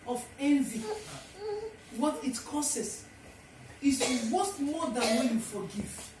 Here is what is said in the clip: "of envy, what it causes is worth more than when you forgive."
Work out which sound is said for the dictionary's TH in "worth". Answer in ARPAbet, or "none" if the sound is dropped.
T